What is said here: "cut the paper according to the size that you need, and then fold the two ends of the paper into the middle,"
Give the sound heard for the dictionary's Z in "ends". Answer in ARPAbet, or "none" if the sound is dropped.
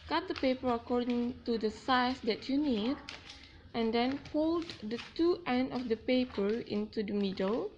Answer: none